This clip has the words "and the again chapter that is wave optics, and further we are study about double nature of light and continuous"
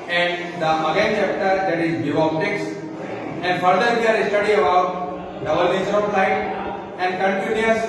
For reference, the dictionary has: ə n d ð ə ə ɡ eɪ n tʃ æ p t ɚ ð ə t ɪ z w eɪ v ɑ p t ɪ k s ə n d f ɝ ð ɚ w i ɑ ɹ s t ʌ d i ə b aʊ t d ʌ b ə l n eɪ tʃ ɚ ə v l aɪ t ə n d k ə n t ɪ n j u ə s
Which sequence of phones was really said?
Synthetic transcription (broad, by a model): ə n d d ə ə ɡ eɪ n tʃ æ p t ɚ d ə t ɪ z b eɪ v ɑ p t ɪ k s ə n d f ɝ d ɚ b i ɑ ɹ s t ʌ d i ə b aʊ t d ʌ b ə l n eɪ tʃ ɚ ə p l aɪ t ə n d k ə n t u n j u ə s